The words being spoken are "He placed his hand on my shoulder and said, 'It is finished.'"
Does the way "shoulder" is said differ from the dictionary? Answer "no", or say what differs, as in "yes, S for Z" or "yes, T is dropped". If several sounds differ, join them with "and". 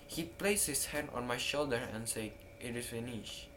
no